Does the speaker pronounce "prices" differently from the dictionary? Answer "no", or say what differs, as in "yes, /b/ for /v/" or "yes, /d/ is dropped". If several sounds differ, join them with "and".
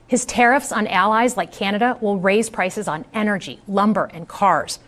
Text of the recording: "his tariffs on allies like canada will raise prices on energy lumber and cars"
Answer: no